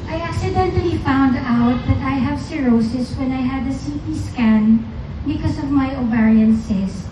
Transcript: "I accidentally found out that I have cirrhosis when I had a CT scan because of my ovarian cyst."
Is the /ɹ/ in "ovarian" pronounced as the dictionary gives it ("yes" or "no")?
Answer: yes